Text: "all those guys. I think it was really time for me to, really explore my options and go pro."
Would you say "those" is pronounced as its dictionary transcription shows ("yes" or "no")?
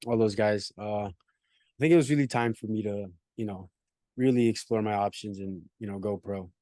yes